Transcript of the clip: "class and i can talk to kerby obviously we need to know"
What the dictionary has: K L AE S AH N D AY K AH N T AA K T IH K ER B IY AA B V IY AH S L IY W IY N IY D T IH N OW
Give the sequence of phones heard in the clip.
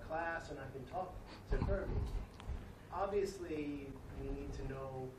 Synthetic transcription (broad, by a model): K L AE S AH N AY K AH N T AA K T IH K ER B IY AA B V IY AH S L IY W IY N IY D T IH N OW